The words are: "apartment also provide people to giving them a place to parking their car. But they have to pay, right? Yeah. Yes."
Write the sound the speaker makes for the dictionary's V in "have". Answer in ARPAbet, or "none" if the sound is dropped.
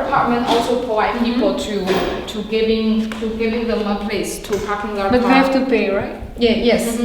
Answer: F